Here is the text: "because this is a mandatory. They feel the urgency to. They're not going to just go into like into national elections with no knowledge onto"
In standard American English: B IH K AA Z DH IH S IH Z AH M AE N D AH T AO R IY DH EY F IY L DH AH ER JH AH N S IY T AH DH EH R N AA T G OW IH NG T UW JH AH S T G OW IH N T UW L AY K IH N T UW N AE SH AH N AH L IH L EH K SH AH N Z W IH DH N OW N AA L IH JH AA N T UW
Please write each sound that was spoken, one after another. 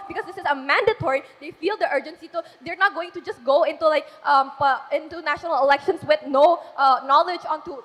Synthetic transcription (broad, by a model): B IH K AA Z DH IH S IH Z AH M AE N D AH T AO R IY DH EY F IY L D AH ER JH AH N S IY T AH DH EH R N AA T G OW IH NG T UW JH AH S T G OW IH N T UW L AY K IH N T UW N AE SH AH N AH L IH L EH K SH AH N S W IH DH N OW N AA L IH JH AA N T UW